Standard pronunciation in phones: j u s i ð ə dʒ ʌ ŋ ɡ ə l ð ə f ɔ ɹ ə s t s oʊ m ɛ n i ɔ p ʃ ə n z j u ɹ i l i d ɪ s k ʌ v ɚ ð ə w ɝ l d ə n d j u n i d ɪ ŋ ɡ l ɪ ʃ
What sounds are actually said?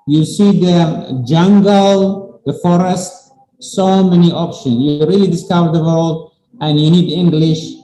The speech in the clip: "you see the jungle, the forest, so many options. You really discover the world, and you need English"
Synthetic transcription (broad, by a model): j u s i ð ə dʒ ʌ ŋ ɡ ə l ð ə f ɔ ɹ ə s t s oʊ m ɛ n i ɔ p ʃ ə n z j u ɹ i l i d ɪ s k ʌ v ɚ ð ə w ɝ l d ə n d j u n i d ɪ ŋ ɡ l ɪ ʃ